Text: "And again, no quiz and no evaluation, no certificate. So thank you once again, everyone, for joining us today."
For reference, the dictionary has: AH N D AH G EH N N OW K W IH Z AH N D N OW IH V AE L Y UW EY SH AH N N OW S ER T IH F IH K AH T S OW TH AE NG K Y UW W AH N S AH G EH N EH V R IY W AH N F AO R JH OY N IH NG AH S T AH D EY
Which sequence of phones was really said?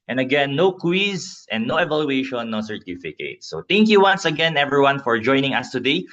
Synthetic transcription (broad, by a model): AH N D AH G EH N N OW K W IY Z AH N N OW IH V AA L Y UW EY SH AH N N OW S ER T IH F IH K AH T S OW T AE NG K Y UW W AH N S AH G EH N EH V R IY W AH N F AO R JH OY N IH NG AH S T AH D EY